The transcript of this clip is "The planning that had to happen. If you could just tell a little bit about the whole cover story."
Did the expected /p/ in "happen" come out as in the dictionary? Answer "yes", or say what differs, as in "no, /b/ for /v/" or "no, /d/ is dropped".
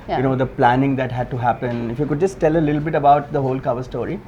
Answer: yes